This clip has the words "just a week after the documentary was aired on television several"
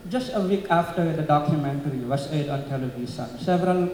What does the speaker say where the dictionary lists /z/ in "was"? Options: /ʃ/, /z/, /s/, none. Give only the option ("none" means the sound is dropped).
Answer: /s/